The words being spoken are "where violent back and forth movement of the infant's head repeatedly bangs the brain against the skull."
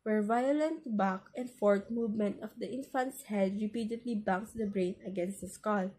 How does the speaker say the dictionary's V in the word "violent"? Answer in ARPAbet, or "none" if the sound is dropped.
V